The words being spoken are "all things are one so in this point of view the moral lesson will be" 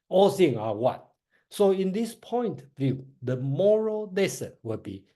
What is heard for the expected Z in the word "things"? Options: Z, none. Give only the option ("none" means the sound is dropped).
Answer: none